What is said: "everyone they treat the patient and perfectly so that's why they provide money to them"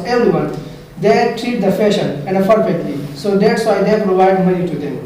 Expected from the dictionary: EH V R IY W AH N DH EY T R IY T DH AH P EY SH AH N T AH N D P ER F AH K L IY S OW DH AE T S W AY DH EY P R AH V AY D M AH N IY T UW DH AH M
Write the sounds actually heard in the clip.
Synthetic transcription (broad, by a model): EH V R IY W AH N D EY T R IY T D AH F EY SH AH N AH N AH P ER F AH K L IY S OW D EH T S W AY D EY P R AH V AY D M AH N IY T UW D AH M